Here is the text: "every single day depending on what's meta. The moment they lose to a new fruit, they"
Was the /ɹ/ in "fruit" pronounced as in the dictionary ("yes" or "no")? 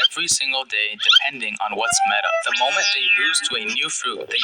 no